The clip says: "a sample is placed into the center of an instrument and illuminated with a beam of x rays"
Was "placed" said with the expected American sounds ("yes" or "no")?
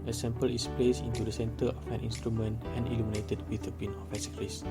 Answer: no